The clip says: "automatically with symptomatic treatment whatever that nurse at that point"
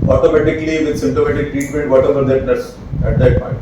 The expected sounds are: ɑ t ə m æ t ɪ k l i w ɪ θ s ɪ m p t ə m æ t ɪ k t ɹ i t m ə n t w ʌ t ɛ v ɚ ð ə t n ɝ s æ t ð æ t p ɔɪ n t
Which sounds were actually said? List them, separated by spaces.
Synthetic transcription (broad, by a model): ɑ t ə m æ t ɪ k l i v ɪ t s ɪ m t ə m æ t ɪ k t ɹ i t m ə n t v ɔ t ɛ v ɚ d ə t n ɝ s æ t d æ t p ɔɪ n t